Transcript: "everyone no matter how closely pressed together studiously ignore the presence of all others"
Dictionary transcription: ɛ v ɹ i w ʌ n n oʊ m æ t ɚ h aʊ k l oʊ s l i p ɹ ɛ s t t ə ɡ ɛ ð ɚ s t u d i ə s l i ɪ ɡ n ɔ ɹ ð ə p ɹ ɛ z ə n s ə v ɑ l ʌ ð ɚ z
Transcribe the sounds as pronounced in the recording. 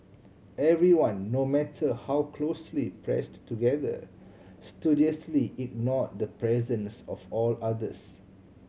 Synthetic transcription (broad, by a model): ɛ v ɹ i w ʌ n n oʊ m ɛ t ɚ h aʊ k l oʊ s l i p ɹ ɛ s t t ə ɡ ɛ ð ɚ s t u d i ə s l i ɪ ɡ n ɔ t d ə p ɹ ɛ z ə n s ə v ɑ l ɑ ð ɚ s